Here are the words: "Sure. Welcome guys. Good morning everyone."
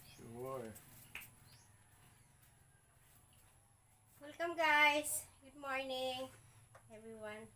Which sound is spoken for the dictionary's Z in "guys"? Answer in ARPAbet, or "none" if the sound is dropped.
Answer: S